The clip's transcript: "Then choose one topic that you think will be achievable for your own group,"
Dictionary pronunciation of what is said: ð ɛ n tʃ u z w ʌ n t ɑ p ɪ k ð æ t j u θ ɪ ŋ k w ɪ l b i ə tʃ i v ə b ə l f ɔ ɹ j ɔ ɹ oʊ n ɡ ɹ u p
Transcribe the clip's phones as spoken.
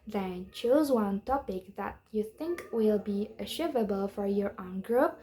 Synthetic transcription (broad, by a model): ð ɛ n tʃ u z w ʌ n t ɑ p ɪ k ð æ t j u θ ɪ ŋ k w ɪ l b i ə ʃ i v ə b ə l f ɔ ɹ j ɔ ɹ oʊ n ɡ ɹ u p